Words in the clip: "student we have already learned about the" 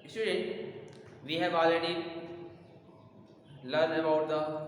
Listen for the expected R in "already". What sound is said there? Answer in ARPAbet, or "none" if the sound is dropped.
none